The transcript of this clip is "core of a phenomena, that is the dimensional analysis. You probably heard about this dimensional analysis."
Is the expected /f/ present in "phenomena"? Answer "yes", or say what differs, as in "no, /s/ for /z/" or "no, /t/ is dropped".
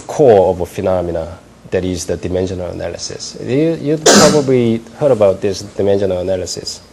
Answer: yes